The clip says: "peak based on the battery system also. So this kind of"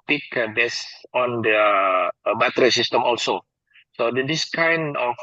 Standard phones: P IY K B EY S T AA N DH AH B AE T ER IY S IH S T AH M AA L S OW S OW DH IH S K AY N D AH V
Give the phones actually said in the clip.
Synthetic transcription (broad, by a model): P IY K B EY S AA N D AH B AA T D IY S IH S T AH M AA L S OW S OW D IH S K AY N D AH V